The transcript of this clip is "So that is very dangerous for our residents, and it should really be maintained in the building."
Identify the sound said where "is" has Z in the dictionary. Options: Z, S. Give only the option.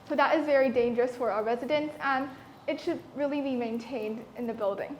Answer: Z